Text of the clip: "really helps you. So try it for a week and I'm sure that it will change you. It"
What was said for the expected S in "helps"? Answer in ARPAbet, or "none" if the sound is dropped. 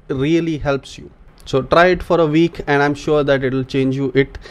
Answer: S